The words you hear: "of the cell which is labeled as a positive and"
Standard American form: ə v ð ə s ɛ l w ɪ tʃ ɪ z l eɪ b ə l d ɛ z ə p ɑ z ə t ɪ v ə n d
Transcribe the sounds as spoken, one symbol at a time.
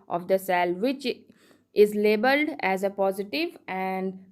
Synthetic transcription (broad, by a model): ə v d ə s ɛ l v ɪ tʃ ɪ z l eɪ b ə l d ɛ z ə p ɑ z ə t ɪ v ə n d